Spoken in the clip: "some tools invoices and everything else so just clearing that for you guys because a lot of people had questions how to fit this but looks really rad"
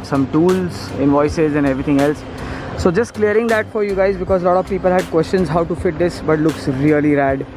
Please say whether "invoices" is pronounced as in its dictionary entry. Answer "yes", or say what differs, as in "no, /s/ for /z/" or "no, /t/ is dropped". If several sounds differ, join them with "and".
yes